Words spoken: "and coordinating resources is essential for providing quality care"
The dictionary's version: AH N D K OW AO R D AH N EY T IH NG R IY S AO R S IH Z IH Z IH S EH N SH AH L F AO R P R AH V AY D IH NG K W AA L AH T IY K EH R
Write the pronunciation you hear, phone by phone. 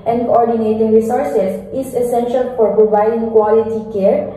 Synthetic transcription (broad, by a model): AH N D K OW AO R D AH N EY T IH NG R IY S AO R S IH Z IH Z IH S EH N SH AH L F AO R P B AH B AY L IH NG K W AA L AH T IY K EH R